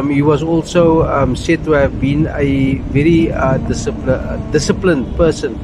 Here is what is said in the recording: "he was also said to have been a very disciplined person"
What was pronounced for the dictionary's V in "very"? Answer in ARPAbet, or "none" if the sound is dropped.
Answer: V